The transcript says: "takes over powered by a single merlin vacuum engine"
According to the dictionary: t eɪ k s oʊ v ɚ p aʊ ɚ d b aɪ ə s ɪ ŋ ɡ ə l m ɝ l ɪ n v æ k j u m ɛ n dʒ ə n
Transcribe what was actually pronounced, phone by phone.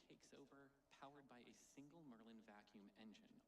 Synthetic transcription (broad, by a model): eɪ k s oʊ v ɚ p aʊ ɚ d b aɪ ə s ɪ ŋ ɡ l m ɝ l ɪ n v æ k j u m ɛ n dʒ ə n